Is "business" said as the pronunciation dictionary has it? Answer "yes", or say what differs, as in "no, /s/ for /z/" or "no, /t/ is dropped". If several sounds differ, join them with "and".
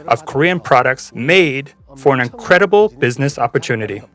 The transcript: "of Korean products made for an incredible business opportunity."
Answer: yes